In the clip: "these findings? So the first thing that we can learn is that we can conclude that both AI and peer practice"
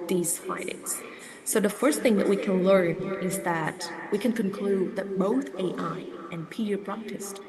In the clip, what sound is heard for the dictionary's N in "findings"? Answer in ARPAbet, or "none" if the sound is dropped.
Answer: none